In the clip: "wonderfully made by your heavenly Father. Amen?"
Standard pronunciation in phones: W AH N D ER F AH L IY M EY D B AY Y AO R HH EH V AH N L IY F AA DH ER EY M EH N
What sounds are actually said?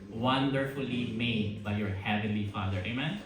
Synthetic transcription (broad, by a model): W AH N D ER F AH L IY M EY D B AY Y AO R HH EH V AH N L IY F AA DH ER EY M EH N